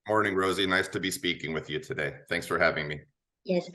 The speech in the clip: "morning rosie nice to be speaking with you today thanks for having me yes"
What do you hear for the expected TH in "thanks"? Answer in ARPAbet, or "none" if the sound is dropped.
TH